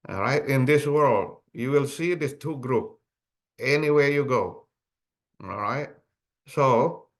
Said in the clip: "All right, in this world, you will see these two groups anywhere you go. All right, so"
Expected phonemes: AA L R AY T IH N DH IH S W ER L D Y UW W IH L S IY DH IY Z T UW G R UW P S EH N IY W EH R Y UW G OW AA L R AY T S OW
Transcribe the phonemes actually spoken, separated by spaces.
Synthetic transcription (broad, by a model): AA R AY T IH N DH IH S W ER L D Y UW W IH L S IY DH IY S T UW G R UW P EH N IY W EH R Y UW G OW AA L R AY T S OW